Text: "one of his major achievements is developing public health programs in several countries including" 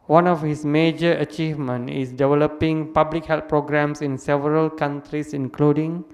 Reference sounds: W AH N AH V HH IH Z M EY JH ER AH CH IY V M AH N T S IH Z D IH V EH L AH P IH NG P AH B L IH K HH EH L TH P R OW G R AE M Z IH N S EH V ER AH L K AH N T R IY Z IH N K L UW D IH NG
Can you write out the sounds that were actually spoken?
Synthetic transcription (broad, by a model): W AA N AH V HH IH S M EY JH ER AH CH IY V M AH N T IH S D IH V EH L AH P IH NG P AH B L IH K HH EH L T P R OW G R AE M S IH N S EH V ER AH L K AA N T R IY S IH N K L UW D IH NG